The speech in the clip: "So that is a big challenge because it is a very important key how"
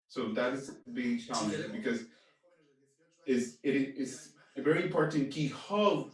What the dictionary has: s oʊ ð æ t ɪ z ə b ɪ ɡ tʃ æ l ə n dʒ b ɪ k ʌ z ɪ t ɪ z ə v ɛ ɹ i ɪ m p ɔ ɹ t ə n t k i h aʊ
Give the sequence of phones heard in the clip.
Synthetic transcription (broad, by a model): s oʊ ð æ t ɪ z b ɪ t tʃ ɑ ə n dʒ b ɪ k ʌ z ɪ t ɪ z ə v ɛ ɹ i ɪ m p ɔ ɹ t n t k i h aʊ